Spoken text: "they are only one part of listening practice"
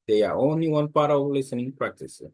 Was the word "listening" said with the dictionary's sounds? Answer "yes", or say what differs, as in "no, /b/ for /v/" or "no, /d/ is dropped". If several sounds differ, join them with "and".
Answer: yes